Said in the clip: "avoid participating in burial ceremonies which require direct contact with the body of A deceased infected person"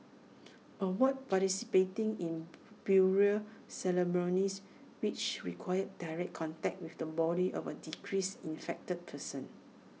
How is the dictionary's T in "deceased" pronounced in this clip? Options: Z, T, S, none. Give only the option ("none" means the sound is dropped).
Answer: none